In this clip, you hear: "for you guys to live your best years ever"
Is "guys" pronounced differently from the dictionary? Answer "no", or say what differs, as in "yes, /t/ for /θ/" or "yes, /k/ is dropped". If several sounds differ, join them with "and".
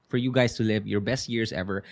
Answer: yes, /s/ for /z/